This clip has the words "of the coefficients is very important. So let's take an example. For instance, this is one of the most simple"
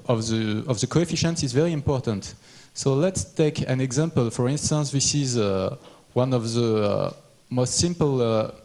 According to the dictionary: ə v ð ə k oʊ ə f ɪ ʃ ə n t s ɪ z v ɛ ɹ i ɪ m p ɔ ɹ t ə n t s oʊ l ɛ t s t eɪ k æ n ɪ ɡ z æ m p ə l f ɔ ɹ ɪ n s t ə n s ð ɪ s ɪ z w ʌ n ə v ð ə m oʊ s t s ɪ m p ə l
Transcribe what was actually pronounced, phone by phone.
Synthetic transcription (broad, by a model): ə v ð ə k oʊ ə f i ʃ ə n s ɪ z v ɛ ɹ i ɪ m p ɔ ɹ t ə n t s oʊ l ɛ t s t eɪ k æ n ɪ ɡ z æ m p ə l f ɔ ɹ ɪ n s t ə n s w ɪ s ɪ z w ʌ n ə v ð ə m oʊ s t s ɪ m p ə l